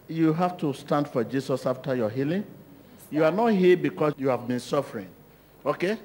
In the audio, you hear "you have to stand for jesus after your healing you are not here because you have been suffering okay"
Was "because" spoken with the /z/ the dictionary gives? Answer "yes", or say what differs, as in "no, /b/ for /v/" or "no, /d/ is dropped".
no, /z/ is dropped